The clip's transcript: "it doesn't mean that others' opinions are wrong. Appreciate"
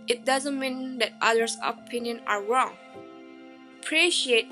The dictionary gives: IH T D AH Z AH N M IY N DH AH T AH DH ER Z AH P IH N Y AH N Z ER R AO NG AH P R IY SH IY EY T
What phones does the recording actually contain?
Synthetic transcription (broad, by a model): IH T D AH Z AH N M IY N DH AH T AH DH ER S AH P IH N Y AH N ER R AO NG P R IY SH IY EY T